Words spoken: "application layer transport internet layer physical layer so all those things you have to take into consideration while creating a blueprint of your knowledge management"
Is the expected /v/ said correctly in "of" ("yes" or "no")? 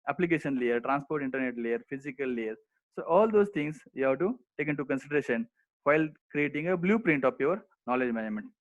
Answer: no